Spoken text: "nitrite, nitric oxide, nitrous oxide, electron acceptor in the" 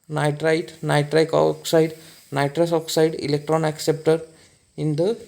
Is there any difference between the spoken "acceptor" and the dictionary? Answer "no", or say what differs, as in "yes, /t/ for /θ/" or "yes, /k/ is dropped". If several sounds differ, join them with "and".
no